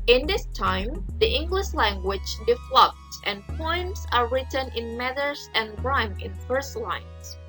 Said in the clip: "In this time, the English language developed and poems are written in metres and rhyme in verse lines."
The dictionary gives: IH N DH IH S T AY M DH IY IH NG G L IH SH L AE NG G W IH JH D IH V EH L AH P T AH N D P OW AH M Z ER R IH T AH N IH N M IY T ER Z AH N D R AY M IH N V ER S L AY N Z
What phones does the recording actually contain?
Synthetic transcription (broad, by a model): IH N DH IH S T AY M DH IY IH NG G L IH SH L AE NG G W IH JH D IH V L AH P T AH N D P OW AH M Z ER R IH T AH N IH N M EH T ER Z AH N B R AY M IH N F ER S L AY N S